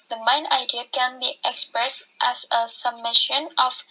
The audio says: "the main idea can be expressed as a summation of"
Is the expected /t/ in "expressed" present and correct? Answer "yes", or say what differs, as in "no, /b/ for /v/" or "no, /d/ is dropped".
yes